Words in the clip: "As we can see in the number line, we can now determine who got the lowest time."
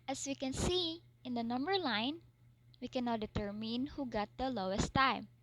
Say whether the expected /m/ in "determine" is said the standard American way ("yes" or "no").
yes